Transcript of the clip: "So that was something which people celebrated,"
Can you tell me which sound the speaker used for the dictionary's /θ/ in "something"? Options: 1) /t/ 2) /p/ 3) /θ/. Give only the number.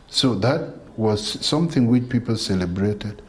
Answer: 3